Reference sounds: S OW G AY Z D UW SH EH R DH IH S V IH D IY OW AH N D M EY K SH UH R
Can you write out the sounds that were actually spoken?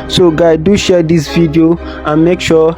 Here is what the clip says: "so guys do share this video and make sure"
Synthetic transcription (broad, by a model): S OW G AY D UW SH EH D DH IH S V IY D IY OW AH N M EY K SH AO